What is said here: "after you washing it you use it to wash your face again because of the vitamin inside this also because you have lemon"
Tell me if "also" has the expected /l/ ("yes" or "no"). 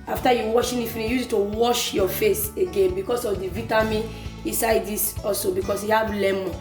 no